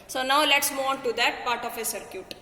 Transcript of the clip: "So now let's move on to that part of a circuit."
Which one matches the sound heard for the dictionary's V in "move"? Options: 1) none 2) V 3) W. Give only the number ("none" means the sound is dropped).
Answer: 1